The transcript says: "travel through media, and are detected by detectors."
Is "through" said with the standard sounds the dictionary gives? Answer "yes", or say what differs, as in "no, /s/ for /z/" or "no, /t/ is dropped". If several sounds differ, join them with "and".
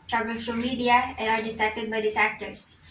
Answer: no, /f/ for /θ/